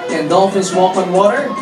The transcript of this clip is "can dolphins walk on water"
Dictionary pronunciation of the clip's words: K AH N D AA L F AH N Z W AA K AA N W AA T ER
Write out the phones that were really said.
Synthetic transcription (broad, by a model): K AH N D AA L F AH Z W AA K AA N W AA T ER